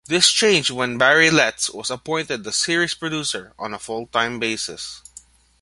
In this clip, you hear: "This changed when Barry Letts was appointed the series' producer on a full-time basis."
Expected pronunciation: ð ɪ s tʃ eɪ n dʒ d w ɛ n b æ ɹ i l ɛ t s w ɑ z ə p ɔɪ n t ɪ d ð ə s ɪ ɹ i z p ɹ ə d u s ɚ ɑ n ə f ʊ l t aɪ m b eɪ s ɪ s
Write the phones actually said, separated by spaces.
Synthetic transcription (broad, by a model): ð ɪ s tʃ eɪ n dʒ w ɛ n b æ ɹ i l ɛ t s w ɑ s ə p ɔɪ n t ɪ d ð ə s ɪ ɹ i s p ɹ ə d u s ɚ ɑ n ə f ʊ l t aɪ m b eɪ s ɪ s